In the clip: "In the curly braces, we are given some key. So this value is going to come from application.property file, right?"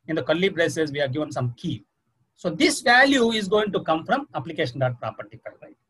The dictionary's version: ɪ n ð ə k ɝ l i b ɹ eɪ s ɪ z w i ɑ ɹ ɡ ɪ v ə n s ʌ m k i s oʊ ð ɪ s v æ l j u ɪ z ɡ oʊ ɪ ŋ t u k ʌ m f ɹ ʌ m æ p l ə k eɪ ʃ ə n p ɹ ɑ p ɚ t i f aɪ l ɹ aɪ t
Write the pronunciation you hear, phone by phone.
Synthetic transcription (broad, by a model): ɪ n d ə k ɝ l i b ɹ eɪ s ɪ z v i ɑ ɹ ɡ ɪ v ə n s ʌ m k i s oʊ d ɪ s v æ l j u ɪ z ɡ oʊ ɪ ŋ t u k ʌ m f ɹ ʌ m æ p l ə k eɪ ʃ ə n p ɹ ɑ p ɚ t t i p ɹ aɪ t